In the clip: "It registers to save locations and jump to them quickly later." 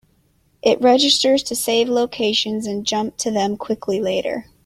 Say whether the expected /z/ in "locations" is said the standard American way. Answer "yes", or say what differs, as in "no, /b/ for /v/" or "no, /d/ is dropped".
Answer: yes